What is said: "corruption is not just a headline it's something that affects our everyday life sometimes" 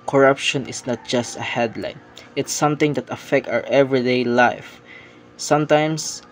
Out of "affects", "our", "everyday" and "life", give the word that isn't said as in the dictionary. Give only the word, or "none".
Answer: affects